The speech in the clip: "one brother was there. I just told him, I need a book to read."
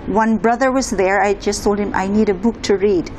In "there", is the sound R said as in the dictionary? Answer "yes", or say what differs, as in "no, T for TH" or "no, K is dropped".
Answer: yes